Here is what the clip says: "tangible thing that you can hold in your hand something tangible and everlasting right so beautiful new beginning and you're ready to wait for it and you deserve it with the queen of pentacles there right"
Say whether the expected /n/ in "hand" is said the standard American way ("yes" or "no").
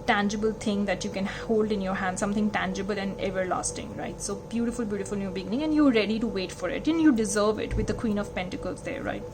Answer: yes